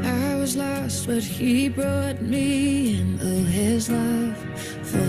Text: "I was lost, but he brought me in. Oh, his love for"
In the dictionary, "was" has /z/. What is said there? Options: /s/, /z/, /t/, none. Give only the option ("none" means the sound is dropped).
/z/